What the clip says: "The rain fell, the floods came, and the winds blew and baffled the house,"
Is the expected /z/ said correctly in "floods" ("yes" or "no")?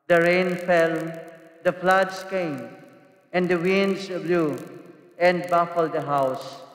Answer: no